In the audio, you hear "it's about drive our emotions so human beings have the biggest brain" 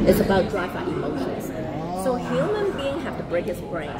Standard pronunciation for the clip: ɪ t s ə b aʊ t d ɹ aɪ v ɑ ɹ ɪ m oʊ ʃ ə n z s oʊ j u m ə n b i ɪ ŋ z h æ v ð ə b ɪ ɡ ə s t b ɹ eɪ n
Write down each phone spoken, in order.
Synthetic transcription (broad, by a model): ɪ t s ə b aʊ t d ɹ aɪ f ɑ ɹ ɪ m oʊ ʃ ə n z s oʊ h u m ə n b i ɪ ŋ h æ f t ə b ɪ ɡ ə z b ɹ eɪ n